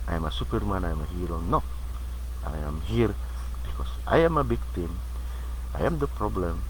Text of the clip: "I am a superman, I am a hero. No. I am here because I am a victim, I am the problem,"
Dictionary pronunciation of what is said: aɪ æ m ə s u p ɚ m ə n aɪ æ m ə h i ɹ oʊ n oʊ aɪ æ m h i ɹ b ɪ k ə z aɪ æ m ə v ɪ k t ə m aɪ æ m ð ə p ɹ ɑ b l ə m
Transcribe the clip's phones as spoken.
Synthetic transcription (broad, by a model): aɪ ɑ m ə s u p ɚ m ə n aɪ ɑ m ə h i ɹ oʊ n oʊ aɪ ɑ m h i ɹ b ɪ k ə s aɪ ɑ m ə b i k t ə m aɪ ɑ m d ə p ɹ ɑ b l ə m